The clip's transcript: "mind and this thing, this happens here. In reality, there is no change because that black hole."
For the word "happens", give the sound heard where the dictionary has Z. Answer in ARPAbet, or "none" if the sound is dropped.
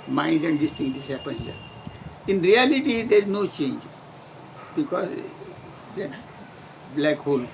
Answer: none